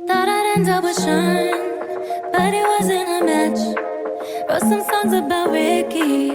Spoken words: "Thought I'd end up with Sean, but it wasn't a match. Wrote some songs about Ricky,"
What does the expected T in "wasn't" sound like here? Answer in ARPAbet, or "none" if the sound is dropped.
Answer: none